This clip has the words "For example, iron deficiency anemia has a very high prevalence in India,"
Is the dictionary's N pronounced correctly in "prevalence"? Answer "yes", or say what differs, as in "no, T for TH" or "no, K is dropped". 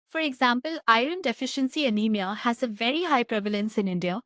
yes